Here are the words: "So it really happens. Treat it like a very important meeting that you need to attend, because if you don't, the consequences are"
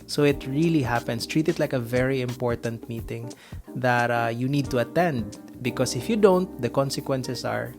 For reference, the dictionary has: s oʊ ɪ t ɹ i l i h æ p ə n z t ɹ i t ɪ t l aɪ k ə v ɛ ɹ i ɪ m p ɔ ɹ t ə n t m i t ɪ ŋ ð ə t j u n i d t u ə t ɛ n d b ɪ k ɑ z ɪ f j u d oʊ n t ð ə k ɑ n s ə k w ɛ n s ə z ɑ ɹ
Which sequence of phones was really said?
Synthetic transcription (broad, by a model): s oʊ ɪ t ɹ i l i h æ p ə n s t ɹ i t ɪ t l aɪ k ə v ɛ ɹ i ɪ m p ɔ ɹ t ə n t m i t ɪ ŋ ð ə t j u n i d t u ə t ɛ n d b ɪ k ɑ s ɪ f j u d oʊ n t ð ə k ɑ n s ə k w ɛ n s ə s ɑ ɹ